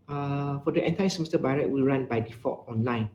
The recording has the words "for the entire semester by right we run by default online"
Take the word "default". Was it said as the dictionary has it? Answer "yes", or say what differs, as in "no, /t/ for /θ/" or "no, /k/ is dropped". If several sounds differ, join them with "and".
no, /l/ is dropped